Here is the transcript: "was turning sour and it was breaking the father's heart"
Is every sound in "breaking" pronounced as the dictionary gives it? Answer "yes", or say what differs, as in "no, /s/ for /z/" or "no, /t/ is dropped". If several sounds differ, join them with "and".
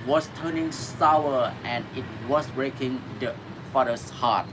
yes